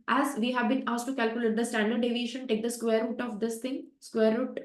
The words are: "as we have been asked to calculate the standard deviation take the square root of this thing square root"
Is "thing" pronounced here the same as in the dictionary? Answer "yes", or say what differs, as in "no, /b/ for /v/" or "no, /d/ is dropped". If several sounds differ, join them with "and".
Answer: no, /t/ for /θ/